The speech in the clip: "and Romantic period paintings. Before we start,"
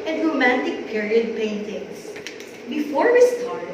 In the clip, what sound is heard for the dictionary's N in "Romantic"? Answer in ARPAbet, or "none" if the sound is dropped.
N